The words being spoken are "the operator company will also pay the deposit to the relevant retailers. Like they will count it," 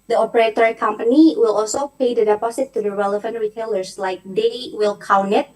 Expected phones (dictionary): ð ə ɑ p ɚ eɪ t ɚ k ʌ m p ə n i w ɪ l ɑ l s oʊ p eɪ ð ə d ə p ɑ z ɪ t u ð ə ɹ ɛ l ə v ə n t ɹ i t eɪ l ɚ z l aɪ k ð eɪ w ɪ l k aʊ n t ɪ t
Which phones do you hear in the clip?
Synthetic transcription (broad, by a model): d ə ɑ p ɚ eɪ t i k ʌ m p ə n i w ɪ l ɑ l s oʊ p eɪ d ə d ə p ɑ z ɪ t u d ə ɹ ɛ l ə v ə n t ɹ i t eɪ l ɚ s l aɪ k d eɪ w ɪ l k aʊ n ɪ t